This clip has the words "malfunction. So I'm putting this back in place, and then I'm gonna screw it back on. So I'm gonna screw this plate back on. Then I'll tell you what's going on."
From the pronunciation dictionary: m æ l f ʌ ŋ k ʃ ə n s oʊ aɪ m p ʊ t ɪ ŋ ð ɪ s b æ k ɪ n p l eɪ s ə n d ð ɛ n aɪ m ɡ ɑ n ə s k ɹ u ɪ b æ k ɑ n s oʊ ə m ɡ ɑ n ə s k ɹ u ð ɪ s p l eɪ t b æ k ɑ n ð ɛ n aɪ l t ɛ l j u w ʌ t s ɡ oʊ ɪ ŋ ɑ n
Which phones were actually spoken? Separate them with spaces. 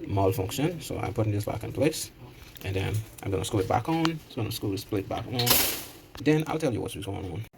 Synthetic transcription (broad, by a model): m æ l f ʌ ŋ k ʃ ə n s oʊ aɪ m p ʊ t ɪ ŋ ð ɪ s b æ k ɪ n p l eɪ s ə n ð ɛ n aɪ m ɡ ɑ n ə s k u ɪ b æ k n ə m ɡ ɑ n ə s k u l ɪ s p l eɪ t b æ k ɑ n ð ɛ n aɪ l t ɛ l j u w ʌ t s ɡ oʊ ɪ ŋ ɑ n